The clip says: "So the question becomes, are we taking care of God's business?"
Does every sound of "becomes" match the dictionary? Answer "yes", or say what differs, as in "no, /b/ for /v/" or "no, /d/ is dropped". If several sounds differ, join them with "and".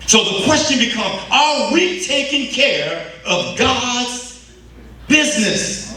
no, /z/ is dropped